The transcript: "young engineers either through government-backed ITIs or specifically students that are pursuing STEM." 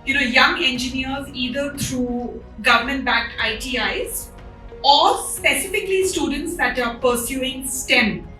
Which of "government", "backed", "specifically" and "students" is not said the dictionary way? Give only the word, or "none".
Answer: backed